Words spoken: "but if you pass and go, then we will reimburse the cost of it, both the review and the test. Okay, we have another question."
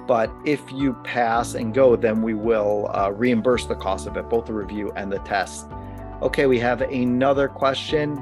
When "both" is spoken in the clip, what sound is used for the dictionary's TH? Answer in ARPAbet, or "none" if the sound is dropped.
TH